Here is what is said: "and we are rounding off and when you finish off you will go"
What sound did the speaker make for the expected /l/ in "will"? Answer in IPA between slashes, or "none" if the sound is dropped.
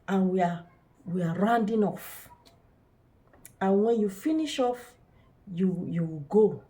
/w/